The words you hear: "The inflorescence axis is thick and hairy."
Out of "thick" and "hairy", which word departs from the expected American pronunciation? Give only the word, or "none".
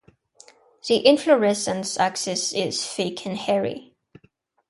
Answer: thick